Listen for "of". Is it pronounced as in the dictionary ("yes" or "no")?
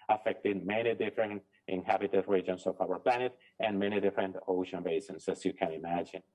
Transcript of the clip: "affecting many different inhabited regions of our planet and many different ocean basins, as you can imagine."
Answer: no